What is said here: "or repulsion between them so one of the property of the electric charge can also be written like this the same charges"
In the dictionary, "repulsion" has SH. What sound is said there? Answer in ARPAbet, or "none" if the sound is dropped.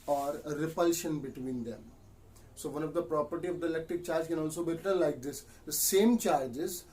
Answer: SH